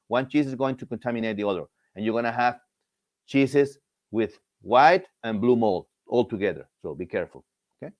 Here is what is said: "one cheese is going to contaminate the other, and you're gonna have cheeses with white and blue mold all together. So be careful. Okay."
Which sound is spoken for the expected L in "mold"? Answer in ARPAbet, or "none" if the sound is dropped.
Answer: L